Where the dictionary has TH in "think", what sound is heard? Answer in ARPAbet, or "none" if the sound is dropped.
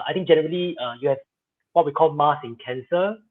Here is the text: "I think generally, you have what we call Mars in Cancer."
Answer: T